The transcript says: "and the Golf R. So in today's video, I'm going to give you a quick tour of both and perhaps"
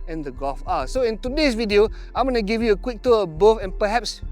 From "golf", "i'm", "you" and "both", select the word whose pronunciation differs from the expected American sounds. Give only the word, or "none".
both